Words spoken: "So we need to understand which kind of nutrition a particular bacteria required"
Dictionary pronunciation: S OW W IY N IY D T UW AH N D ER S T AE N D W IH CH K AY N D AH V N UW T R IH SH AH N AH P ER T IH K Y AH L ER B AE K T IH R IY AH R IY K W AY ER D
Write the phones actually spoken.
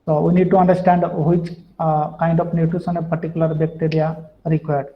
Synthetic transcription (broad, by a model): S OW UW N IY D T UW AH N D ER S T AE N D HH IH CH K AY N D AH F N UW T UW S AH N AH P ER T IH K Y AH L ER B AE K T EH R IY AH R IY K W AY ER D